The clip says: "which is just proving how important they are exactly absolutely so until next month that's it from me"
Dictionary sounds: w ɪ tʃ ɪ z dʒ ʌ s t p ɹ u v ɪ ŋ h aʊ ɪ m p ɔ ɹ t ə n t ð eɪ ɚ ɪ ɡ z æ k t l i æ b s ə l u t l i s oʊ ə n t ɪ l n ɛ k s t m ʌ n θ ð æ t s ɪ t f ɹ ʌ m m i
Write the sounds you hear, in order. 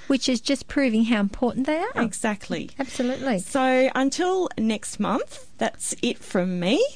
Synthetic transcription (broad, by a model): w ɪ tʃ ɪ z dʒ ʌ s p ɹ u v ɪ ŋ h aʊ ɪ m p ɔ ɹ t n ð eɪ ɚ ɪ ɡ z æ k t l i æ b s ə l u t l i s oʊ ə n t ɪ l n ɛ k s t m ʌ n θ ð æ t s ɪ t f ɹ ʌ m m i